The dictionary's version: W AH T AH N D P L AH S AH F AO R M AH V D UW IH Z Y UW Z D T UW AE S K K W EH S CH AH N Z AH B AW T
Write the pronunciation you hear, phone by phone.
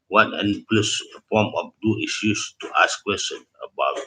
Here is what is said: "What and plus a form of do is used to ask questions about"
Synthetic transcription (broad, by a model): W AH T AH N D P L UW S AH P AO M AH F D UW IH S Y UW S T UW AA S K K W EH S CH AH N AH B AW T